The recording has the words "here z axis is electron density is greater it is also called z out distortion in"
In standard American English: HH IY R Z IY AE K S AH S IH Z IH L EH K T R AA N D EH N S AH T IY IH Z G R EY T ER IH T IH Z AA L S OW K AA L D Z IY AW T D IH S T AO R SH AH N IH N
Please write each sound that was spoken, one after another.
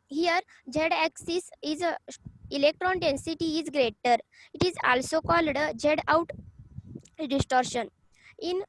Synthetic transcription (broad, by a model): HH IY R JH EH AE K S AH S IH Z IH L EH K T R AA N D EH N S AH T IY IH Z G R EY T ER IH T IH Z AA L S OW K AA L D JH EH AW T D IH S T AO R SH AH N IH N